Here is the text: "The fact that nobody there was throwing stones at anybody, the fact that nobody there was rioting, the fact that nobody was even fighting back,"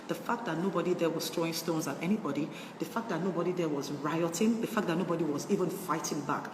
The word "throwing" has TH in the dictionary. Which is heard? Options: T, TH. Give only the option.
T